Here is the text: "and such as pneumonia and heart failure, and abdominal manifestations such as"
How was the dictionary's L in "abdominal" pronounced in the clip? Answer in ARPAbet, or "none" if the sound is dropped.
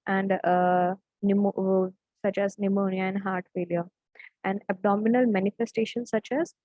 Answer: L